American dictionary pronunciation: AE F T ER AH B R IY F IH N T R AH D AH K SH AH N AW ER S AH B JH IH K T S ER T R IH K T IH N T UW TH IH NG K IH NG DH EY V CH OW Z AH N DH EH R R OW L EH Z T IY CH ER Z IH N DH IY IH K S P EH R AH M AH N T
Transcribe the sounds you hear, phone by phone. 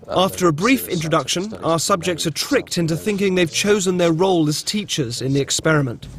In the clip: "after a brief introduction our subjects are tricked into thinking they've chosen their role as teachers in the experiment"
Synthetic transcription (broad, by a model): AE F T ER AH B R IY F IH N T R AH D AH K SH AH N AW ER S AH B JH IH K T S ER T R IH K T IH N T UW TH IH NG K IH NG DH EY V CH OW Z AH N DH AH R R OW L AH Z T IY CH ER Z IH N DH IY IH K S P EH R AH M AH N T